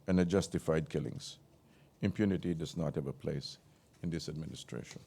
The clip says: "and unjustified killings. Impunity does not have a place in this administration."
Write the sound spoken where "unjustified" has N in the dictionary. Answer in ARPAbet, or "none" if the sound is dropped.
none